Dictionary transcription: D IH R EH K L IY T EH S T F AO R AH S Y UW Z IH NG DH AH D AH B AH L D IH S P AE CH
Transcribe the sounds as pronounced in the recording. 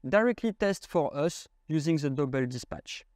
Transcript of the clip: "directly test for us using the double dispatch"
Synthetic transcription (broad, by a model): D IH R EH K L IY T EH S T F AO R AH S Y UW Z IH NG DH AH D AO B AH L D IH S P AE CH